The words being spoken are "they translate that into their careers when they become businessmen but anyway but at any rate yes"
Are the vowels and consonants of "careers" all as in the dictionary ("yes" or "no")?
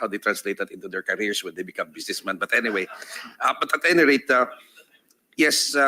no